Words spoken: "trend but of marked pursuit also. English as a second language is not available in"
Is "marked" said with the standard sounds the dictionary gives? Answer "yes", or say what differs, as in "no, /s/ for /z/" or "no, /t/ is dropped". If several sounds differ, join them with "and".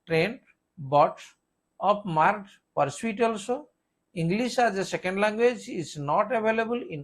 no, /k/ is dropped